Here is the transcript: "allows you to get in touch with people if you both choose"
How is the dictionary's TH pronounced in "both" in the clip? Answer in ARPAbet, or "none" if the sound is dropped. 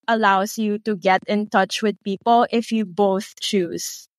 TH